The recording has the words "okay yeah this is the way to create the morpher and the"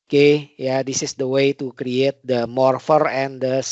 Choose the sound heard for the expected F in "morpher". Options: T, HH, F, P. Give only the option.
F